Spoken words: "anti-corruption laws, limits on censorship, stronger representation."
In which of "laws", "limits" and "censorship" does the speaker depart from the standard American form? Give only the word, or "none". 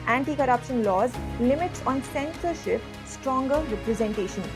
none